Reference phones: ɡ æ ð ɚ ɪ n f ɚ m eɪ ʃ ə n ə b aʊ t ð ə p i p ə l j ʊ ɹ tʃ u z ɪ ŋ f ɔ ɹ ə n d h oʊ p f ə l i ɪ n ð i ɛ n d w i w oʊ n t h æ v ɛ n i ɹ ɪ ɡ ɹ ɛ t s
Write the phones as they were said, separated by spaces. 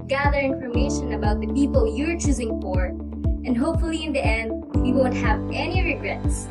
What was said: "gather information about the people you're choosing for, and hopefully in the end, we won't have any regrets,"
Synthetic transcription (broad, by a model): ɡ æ ð ɚ ɪ n f ɚ m eɪ ʃ ə n ə b aʊ t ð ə p i p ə l j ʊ ɹ tʃ u z ɪ ŋ f ɔ ɹ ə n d h oʊ p f ə l i ɪ n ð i ɛ n d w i w oʊ n t h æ v ɛ n i ɹ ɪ ɡ ɹ ɛ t s